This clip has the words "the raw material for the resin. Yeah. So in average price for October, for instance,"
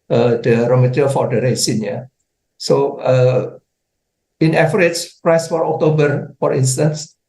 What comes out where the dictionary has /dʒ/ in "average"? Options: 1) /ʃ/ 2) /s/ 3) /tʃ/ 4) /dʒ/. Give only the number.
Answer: 3